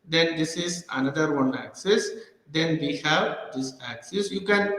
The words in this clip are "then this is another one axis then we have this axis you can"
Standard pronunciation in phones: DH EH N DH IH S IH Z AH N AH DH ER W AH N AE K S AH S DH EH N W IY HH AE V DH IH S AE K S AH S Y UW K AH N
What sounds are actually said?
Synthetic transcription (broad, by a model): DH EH N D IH S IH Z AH N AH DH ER W AH N AE K S AH S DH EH N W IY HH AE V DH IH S AE K S AH S Y UW K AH N